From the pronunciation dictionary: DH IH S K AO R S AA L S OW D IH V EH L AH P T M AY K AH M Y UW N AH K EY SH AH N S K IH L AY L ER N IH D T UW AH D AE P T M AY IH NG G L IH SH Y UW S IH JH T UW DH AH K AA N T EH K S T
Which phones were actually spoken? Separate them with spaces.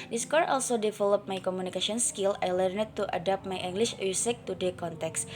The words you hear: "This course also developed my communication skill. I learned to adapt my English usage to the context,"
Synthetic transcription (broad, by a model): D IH S K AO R AA L S OW D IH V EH L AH P M AY K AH M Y UW N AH K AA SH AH N S K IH L AY L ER N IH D T UW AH D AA P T M AY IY NG G L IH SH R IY S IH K T UW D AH K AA N T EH K S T